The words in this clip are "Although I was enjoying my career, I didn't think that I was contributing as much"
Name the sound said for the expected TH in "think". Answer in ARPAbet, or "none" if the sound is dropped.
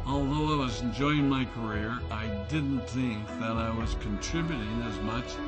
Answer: TH